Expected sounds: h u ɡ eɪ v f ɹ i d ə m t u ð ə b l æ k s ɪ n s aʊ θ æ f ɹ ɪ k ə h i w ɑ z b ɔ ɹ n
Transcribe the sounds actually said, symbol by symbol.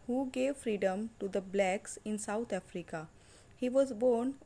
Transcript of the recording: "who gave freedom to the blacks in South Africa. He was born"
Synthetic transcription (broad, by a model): h u ɡ eɪ v f ɹ i d ə m t u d ə b l æ k s ɪ n s aʊ t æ f ɹ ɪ k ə h i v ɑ z b ɔ ɹ n